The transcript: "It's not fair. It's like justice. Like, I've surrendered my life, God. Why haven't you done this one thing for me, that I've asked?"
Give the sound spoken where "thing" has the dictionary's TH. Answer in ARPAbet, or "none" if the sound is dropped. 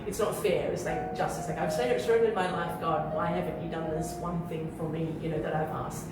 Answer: TH